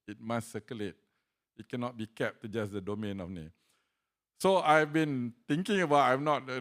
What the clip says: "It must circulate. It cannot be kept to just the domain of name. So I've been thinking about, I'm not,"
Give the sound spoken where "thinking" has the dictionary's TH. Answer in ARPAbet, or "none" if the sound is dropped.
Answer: T